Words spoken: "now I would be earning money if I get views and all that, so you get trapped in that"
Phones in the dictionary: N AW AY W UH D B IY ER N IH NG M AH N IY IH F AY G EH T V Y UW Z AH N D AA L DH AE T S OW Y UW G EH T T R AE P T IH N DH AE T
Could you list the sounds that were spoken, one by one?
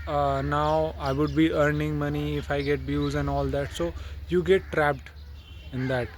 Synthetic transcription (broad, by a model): N AW AY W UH D B IY ER N IH NG M AH N IY IH F AY G EH T B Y UW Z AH N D AA L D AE T S OW Y UW G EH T T R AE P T IH N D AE T